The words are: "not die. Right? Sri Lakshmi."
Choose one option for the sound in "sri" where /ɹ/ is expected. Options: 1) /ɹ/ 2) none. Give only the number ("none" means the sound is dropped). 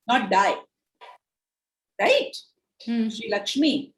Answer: 2